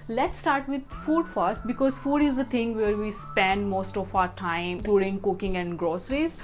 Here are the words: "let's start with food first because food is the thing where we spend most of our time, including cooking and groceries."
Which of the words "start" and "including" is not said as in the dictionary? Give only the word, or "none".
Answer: including